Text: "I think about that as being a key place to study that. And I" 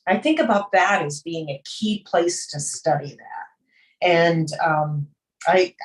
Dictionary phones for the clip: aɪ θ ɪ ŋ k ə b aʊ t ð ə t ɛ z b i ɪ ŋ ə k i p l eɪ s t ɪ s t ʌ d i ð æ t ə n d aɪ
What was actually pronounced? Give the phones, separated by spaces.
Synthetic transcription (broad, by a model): aɪ θ ɪ ŋ k ə b aʊ t ð ə t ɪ z b i ɪ ŋ ə k i p l eɪ s t ɪ s t ʌ d i ð æ t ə n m aɪ